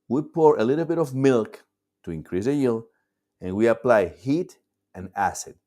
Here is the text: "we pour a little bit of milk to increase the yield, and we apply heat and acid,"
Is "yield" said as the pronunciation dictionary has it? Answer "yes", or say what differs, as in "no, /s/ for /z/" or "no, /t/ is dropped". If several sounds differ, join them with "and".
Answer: no, /d/ is dropped